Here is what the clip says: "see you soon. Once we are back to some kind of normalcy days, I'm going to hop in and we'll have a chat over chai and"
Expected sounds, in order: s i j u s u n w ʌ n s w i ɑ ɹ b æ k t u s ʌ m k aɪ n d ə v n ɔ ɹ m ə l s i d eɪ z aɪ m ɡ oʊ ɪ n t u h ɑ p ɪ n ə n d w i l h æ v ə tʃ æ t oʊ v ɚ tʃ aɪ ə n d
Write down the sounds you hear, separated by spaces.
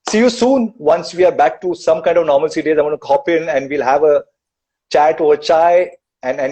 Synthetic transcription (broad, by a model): s i j u s u n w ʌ n s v i ɑ ɹ b æ k t u s ʌ m k aɪ n d ə v n ɔ ɹ m ə l s i d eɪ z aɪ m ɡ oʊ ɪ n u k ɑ p ɪ n ə n d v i l h æ v ə tʃ æ t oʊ ɚ tʃ aɪ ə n